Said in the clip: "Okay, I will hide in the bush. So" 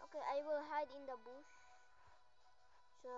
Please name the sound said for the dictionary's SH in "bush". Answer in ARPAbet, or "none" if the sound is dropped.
S